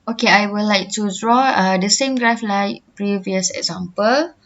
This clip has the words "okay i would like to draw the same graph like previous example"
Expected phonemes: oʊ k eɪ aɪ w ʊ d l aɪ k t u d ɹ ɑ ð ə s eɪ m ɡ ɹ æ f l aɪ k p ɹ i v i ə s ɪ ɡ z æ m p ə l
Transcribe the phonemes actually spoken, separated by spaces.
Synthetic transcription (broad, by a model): oʊ k eɪ aɪ w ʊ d l aɪ k t u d ɹ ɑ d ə s eɪ m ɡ ɹ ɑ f l aɪ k p ɹ i v i ə s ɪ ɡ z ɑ m p ə l